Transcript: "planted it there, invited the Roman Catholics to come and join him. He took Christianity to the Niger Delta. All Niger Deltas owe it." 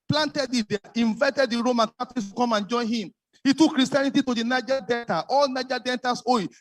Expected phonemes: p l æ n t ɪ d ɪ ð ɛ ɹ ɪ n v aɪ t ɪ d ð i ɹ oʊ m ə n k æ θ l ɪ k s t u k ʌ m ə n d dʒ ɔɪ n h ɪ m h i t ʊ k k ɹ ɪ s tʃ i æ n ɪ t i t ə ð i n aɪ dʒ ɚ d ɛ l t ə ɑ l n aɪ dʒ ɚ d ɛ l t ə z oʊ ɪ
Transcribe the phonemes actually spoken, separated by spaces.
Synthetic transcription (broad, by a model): p l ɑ n t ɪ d ɪ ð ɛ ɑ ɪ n v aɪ t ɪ d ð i ɹ oʊ m ə n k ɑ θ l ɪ s t u k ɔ m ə n dʒ ɔɪ n h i m h i t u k k ɹ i s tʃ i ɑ n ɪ t i t ə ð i n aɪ dʒ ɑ d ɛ n t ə ɑ l n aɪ dʒ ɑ d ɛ n t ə s oʊ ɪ